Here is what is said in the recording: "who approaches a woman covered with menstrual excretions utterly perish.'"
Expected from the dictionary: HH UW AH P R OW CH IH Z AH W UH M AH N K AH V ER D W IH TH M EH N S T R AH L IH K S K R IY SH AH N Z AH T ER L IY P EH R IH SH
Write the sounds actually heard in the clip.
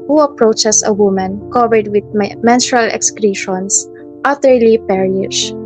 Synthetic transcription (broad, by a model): HH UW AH P R OW CH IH S AH W UH M AH N K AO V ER D W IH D M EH N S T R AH L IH K S K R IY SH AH N S AH T ER L IY P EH R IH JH